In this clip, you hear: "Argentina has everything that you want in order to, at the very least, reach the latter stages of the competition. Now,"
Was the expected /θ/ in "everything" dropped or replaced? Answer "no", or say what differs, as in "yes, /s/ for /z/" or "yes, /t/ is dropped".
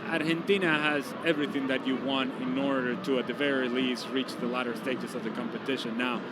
no